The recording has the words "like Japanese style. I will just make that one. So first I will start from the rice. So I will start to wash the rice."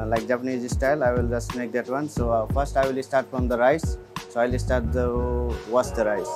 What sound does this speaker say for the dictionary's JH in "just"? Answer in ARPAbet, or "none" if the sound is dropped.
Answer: JH